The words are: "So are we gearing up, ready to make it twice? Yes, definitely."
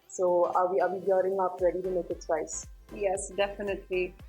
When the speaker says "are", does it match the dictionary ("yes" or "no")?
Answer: no